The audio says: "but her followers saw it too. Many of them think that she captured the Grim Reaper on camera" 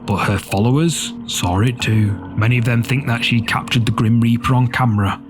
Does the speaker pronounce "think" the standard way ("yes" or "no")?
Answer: yes